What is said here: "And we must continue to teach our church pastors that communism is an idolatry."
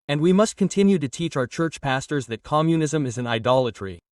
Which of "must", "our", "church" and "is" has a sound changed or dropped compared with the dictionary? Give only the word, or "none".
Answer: none